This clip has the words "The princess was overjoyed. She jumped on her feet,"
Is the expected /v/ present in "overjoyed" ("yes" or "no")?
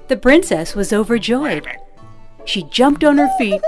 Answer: yes